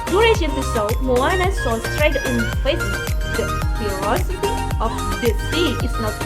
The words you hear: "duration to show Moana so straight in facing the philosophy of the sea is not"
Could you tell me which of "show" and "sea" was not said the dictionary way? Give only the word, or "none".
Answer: show